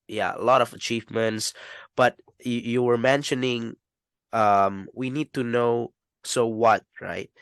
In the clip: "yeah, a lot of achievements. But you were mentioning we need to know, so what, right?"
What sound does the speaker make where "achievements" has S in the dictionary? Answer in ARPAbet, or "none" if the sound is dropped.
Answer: S